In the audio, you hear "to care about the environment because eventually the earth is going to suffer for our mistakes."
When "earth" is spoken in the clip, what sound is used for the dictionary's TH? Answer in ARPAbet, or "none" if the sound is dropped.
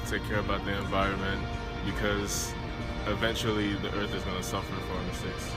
TH